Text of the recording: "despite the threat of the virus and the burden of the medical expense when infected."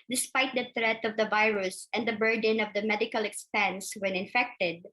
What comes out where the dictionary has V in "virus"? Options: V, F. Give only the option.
V